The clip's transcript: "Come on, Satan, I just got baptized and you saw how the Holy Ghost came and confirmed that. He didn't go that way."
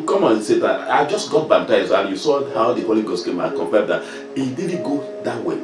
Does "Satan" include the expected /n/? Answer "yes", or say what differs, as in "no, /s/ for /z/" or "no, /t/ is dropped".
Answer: no, /n/ is dropped